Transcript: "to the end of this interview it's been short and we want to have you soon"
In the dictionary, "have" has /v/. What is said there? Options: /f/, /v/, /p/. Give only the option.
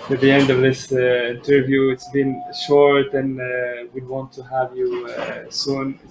/v/